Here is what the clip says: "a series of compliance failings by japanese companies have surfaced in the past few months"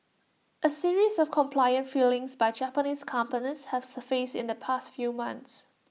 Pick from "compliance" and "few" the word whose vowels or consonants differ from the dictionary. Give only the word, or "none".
compliance